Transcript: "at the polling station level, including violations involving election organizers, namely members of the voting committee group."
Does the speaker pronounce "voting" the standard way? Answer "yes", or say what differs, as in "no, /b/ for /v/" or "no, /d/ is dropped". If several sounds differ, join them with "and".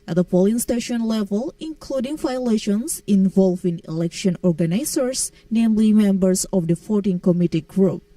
no, /f/ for /v/